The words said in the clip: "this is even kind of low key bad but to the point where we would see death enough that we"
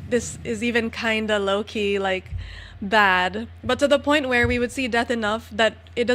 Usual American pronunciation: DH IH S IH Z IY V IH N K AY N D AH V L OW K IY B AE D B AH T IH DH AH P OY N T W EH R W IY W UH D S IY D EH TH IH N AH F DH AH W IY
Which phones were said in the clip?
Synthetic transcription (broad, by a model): DH IH S IH Z IY V IH N K AY N D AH L OW K IY B AE D B AH T IH DH AH P OY N T W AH R W IY W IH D S IY D EH TH IH N AH F DH AH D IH